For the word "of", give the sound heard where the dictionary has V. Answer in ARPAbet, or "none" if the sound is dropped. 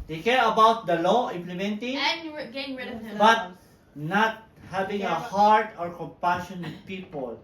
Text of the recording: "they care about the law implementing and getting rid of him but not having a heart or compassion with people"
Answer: B